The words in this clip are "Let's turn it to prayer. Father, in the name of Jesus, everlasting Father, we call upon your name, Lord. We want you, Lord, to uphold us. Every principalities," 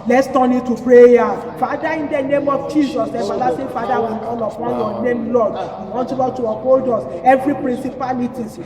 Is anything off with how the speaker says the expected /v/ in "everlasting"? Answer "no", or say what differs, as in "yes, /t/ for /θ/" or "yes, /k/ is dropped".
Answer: yes, /f/ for /v/